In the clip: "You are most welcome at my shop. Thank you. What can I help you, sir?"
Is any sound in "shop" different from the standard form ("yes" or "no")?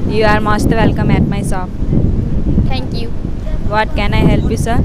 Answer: yes